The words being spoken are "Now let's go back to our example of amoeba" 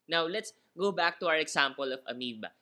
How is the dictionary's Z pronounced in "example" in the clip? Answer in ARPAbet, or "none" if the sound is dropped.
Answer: S